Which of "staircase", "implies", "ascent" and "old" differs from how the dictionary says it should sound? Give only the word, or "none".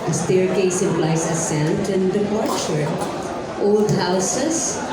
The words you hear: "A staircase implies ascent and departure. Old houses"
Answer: implies